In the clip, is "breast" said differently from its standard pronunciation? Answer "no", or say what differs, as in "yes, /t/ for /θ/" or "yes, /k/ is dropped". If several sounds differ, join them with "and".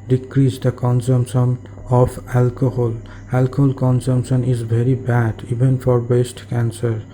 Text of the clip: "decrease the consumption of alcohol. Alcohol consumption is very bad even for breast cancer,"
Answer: yes, /ɹ/ is dropped